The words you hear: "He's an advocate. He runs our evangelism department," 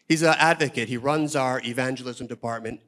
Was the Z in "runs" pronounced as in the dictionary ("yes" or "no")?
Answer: yes